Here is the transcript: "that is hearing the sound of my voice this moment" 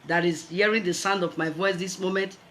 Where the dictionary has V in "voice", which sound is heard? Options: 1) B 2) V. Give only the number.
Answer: 2